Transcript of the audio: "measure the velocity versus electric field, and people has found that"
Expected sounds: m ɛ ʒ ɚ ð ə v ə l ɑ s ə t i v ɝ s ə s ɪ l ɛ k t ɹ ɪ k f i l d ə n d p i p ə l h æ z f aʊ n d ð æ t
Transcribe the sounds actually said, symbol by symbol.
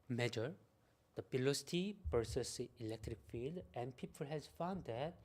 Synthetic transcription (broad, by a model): m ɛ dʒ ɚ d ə p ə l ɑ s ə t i p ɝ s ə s ɪ l ɛ k t ɹ ɪ k f i l d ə n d p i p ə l h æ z f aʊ n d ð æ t